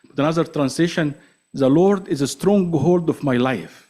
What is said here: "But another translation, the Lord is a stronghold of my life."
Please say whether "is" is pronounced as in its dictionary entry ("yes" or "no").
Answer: yes